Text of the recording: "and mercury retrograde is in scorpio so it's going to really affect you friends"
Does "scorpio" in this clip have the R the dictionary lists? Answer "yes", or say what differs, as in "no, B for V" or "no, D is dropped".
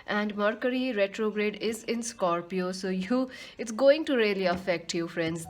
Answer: yes